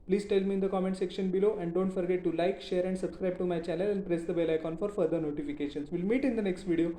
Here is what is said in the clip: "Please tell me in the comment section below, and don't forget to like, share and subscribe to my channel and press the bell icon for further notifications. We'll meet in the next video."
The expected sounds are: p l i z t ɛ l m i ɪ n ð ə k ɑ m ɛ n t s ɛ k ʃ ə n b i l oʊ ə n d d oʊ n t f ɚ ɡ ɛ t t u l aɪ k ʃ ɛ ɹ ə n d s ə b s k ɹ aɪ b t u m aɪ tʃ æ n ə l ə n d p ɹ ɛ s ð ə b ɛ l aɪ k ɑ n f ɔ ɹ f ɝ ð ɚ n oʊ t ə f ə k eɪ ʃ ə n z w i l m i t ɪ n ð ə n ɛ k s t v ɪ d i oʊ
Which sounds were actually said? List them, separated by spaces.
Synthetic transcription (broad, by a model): p l i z t ɛ l m i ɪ n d ə k ɑ m ɛ n t s ɛ k ʃ ə n b i l oʊ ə n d d oʊ n t f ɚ ɡ ɛ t t u l aɪ k ʃ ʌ ɹ ə n d s ə b s k ɹ aɪ b t u m aɪ tʃ æ n ə l ə n d p ɹ ɛ s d ə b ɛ l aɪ k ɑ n f ɔ ɹ f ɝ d ɚ n oʊ t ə f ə k eɪ ʃ ə n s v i l m i t ɪ n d ə n ɛ k s t v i d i oʊ